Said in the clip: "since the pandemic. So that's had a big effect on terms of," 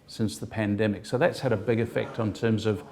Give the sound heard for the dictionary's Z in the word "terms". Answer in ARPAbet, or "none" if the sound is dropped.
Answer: Z